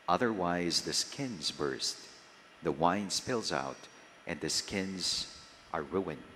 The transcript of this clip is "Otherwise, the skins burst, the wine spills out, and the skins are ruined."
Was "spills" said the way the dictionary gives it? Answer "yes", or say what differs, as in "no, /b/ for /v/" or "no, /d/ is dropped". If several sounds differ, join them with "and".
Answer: yes